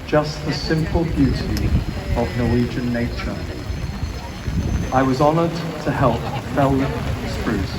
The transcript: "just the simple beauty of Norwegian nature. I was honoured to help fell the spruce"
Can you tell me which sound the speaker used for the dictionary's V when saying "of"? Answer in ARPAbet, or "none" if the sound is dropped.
V